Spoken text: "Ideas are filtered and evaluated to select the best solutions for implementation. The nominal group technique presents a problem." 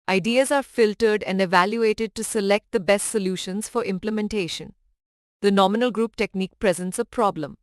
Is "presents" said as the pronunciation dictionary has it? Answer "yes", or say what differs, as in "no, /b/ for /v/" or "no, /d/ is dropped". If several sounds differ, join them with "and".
yes